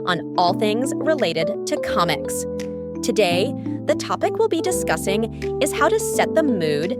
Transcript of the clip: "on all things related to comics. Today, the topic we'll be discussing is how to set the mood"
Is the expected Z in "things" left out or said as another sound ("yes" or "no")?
no